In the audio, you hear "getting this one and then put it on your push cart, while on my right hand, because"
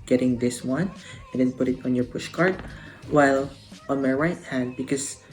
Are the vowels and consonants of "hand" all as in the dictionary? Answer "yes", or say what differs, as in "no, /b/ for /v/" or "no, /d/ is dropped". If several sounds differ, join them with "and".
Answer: yes